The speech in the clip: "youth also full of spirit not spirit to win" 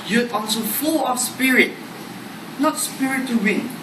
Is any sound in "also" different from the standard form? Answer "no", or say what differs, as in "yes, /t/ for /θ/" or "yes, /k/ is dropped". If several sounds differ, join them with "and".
yes, /n/ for /l/